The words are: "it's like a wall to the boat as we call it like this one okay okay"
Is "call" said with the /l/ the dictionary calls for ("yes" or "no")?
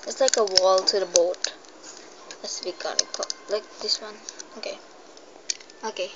no